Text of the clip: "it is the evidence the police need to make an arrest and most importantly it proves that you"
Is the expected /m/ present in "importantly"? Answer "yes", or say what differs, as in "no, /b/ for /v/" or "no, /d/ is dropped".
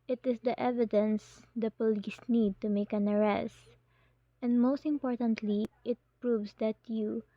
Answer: yes